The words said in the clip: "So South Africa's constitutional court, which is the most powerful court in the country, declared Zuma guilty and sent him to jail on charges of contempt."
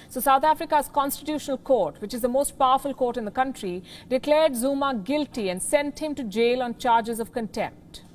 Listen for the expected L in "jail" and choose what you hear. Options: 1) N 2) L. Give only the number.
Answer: 2